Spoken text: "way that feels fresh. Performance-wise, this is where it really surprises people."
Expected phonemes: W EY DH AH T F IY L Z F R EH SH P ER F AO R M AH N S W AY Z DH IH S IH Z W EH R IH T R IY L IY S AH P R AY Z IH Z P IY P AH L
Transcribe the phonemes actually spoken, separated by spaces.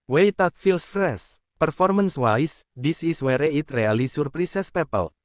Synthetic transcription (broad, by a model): W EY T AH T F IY L S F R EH S P ER F AO R M AH N S W AY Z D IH S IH S W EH R IH T R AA L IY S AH P R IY S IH S P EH P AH L